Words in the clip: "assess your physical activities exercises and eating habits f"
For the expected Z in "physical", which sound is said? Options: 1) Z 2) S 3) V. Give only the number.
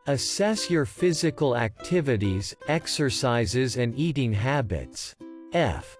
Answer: 1